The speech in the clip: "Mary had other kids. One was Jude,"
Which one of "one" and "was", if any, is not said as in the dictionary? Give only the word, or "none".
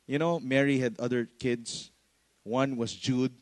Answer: was